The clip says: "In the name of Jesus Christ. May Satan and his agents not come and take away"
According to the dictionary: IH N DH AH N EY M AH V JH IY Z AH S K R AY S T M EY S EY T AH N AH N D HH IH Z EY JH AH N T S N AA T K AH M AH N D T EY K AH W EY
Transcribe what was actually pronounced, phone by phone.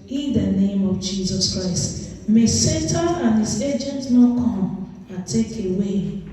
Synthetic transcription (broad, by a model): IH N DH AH N EY M AH V JH IY Z AH S K R AY S T M EY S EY T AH AH N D HH IH Z EY JH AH N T N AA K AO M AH T EY K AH W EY